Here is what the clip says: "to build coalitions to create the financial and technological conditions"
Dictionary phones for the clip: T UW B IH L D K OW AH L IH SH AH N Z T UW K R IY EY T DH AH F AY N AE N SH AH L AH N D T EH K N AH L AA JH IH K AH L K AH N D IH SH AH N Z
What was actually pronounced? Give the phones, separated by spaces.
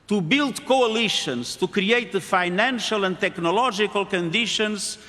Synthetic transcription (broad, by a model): T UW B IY L D K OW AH L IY SH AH N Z T UW K R IY EY T DH AH F AY N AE N SH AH L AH N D T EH K N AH L AA ZH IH K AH L K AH N D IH SH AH N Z